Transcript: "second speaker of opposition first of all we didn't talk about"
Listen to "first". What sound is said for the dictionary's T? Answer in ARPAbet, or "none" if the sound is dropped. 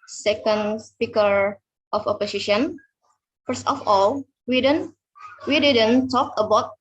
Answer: T